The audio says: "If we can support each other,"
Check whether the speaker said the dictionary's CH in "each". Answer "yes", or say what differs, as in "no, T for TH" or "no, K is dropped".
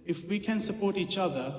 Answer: yes